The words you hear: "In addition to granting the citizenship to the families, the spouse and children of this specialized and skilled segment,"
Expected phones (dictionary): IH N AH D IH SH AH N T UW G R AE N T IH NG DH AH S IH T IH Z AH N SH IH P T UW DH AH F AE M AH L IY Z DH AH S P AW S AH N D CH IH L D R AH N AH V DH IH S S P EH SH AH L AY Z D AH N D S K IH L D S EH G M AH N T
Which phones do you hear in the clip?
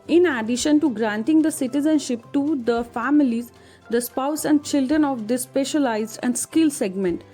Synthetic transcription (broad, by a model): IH N AH D IH SH AH N T UW G R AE N T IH NG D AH S IH T IH Z AH N SH IH P T UW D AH F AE M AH L IY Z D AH S P AW S AH N D CH IH L D R AH N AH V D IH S S P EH SH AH L AY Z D AH N D S K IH L S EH G M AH N T